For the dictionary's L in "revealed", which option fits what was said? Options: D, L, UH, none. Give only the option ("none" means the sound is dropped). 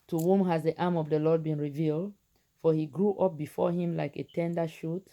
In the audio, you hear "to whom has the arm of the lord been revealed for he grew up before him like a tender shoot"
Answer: L